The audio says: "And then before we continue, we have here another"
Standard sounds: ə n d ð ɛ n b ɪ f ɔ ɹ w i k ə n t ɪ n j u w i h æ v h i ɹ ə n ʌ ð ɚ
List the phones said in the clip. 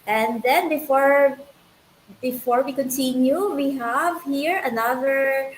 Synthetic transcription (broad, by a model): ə n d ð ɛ n b ɪ f ɔ ɹ w i k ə n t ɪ n j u w i h æ v h i ɹ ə n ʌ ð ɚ